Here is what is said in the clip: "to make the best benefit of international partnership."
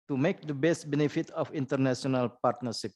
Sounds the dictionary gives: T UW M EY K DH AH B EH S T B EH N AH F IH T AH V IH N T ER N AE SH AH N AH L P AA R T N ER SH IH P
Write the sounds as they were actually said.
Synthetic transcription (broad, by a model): T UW M EY K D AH B EH S T B EH N AH F IH T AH F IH N T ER N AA S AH N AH L P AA R T N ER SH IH P